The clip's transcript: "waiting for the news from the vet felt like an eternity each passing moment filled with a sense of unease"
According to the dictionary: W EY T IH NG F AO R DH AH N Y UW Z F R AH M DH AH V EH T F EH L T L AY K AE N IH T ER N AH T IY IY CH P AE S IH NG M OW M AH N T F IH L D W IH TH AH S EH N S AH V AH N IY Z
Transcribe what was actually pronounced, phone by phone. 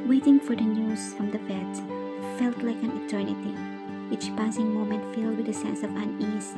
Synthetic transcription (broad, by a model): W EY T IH NG F AO R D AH N Y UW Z F R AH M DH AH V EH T F EH L T L AY K AE N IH T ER N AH T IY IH CH P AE S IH NG M OW M AH N T F IH L D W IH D AH S EH N S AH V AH N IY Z